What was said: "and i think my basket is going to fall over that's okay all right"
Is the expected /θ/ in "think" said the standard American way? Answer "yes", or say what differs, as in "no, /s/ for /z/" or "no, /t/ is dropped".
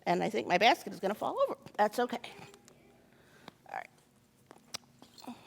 yes